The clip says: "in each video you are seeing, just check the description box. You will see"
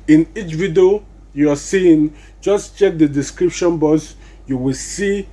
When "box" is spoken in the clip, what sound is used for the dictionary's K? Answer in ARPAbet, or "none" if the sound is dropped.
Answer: none